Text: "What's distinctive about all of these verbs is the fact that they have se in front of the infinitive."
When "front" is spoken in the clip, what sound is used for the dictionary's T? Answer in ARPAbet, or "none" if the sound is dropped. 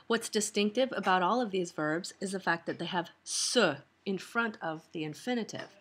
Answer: T